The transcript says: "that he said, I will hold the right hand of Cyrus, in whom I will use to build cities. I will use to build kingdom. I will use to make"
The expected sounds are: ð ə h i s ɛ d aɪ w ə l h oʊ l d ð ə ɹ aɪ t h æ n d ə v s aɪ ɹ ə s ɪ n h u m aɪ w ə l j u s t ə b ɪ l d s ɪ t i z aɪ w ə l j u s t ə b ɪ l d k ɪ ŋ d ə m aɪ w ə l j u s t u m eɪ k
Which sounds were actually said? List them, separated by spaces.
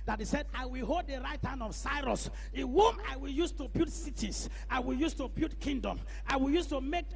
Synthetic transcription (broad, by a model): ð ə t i s ɛ d aɪ w ə l h oʊ l d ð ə ɹ aɪ t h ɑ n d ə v s aɪ ɹ ə s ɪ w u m aɪ w ə l j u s t ə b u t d s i t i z aɪ w ə l j u s t ə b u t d k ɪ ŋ d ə m aɪ w ə l j u s t u m eɪ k